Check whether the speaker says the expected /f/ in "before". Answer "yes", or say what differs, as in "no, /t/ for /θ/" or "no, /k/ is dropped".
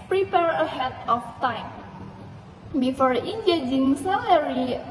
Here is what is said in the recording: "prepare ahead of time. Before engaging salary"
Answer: yes